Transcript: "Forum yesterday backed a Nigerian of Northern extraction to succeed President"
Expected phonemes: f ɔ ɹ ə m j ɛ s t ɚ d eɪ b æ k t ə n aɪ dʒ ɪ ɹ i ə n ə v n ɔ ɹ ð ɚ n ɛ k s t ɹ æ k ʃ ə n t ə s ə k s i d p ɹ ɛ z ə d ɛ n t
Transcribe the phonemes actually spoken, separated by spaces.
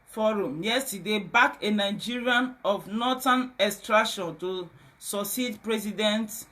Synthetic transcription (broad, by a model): f ɔ ɹ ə m j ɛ s t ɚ d eɪ b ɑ k ə n aɪ dʒ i ɹ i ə n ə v n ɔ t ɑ n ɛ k s t ɹ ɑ k ʃ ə n t ə s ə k s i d p ɹ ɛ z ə d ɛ n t